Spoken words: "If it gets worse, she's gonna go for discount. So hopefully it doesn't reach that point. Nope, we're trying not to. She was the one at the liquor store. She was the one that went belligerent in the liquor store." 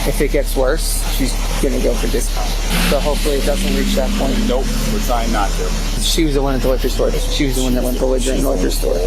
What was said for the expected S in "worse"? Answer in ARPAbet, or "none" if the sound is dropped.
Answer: S